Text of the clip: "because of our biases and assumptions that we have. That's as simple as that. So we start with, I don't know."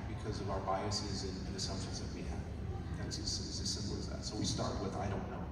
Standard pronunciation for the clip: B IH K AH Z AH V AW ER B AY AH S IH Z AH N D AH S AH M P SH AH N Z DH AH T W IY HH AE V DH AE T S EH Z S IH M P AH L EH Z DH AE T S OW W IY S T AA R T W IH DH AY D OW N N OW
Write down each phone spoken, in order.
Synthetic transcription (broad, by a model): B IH K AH Z AH V AW ER B AY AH S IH Z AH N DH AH S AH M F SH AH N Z DH AH T W IY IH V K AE S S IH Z S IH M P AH L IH Z DH AE T S OW W IY S T AA R T W IH DH AY D OW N N OW